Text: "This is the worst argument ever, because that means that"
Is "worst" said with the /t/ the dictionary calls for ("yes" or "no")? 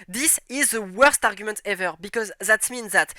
yes